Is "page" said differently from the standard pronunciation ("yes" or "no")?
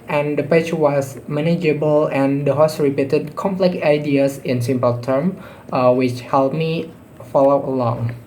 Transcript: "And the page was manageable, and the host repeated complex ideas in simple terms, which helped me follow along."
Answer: yes